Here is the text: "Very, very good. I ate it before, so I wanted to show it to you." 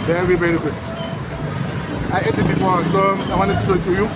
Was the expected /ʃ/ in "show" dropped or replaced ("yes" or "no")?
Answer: yes